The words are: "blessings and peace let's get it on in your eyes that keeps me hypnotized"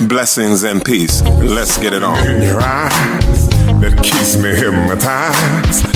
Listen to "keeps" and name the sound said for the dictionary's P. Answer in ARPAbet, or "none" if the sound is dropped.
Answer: none